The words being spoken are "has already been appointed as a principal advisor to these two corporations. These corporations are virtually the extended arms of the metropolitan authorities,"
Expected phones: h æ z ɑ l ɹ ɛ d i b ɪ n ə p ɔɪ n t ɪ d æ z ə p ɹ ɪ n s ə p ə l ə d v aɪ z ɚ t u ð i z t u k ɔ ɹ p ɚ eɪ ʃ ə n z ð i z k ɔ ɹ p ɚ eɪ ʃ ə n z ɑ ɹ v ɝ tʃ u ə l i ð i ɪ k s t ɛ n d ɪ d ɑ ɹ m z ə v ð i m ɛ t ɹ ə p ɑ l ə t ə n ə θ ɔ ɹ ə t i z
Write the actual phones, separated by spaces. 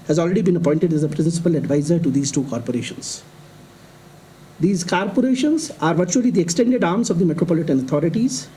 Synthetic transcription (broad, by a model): h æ z ɑ l ɹ ɛ d i b ɪ n ə p ɔɪ n t ɪ d æ z ə p ɹ ɪ n s ə p ə l ə d v aɪ z ɚ t u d i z t u k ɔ ɹ p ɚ eɪ ʃ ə n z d i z k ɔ ɹ p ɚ eɪ ʃ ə n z ɑ ɹ v ɝ tʃ u ə l i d i ɪ k s t ɛ n d ɪ d ɑ ɹ m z ə v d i m ɛ t ɹ ə p ɑ l ə t ə n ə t ɔ ɹ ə t i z